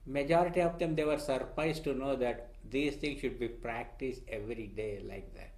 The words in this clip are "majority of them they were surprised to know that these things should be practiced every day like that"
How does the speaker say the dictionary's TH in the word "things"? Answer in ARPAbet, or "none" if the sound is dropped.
T